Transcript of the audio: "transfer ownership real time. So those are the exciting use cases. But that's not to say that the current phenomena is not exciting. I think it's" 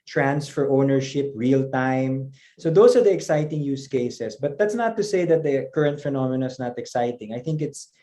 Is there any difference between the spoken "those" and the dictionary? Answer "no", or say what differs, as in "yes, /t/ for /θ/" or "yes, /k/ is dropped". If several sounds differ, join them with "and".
yes, /s/ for /z/